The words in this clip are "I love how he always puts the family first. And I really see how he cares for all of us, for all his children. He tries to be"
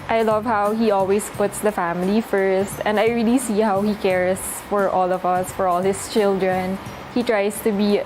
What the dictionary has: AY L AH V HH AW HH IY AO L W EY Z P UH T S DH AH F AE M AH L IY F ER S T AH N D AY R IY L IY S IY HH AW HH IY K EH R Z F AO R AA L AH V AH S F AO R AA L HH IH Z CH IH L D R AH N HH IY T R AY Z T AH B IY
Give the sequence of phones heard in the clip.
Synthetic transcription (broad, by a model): AY L AH V HH AW HH IY AO L W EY S P UH T S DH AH F AE M AH L IY F ER S T AH N D AY R IY L IY S IY HH AW HH IY K EH R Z F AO R AA L AH V AH S F AO R AA L HH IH S CH IH L D R AH N HH IY T R AY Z T AH B IY